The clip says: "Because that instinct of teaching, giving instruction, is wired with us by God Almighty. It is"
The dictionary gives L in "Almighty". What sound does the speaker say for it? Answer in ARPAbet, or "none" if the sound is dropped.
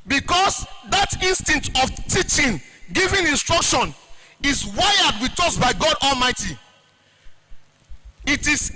L